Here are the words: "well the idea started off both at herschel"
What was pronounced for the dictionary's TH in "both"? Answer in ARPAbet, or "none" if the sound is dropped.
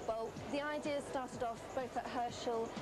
TH